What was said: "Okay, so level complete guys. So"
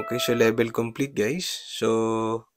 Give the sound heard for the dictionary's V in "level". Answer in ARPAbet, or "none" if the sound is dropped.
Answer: B